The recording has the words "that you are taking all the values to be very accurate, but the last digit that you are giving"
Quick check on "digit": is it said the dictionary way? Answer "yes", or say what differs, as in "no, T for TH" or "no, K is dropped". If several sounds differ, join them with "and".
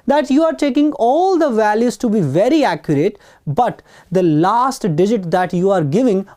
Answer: yes